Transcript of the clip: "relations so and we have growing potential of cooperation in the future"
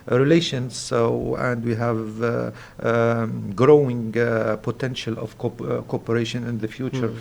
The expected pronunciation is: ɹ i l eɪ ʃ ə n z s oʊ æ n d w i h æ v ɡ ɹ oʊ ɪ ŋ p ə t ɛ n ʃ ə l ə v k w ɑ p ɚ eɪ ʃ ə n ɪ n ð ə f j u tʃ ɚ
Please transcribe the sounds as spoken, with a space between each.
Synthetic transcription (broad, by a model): ɹ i l eɪ ʃ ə n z s oʊ æ n d w i h æ v ɡ ɹ oʊ ɪ ŋ p ə t ɛ n ʃ ə l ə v k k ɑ p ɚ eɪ ʃ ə n ɪ n ð ə f j u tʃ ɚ